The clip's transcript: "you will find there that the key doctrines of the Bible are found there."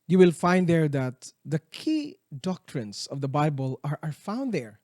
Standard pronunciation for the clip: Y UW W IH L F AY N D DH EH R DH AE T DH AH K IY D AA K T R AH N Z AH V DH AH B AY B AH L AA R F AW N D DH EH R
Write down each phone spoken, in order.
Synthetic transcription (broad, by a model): Y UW W IH L F AY N D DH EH R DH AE T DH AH K IY D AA K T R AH N S AH V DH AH B AY B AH L AA R F AW N D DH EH R